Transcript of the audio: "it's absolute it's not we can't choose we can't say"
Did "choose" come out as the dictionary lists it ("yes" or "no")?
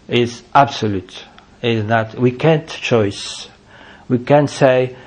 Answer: no